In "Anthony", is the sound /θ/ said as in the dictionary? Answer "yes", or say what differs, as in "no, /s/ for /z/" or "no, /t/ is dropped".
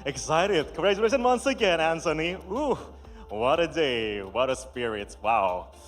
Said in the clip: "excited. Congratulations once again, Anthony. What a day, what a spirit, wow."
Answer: no, /s/ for /θ/